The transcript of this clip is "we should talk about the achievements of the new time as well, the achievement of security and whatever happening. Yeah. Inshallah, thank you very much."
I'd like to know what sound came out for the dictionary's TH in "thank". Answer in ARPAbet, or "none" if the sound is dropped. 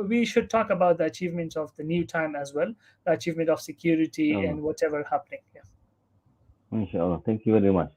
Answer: T